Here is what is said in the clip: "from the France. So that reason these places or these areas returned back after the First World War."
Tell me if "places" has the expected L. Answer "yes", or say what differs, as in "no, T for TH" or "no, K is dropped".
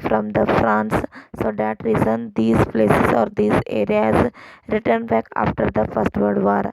yes